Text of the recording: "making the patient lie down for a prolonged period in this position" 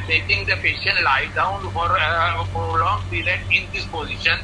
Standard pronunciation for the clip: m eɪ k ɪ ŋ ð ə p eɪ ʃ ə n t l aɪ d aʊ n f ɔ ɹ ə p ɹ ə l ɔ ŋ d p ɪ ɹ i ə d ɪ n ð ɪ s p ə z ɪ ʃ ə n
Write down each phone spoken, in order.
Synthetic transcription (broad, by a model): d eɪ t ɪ ŋ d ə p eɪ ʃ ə n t l aɪ d aʊ n f ɔ ɹ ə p ɹ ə l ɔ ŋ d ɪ l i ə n ɪ n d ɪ s p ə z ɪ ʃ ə n